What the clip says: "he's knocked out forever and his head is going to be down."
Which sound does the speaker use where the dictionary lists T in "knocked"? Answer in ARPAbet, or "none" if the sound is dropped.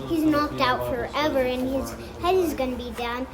T